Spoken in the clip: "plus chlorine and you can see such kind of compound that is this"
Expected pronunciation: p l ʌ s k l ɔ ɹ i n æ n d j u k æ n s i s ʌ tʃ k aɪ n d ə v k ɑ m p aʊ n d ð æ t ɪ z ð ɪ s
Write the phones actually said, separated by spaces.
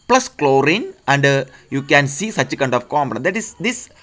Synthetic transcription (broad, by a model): p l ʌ s k l ɔ ɹ i n æ n d j u k æ n s i s ʌ tʃ k aɪ n d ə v k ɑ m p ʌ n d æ t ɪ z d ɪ s